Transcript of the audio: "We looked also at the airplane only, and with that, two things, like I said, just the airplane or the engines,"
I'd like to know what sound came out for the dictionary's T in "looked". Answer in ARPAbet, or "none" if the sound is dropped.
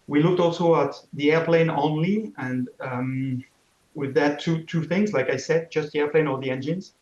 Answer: T